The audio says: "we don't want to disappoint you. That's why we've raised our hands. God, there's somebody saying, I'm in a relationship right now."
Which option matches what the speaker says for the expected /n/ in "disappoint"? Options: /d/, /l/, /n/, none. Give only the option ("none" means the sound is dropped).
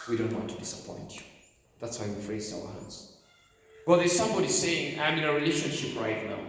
/n/